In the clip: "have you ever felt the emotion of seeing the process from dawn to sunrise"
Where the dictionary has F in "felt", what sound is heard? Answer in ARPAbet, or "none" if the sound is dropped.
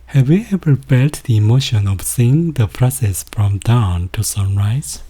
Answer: P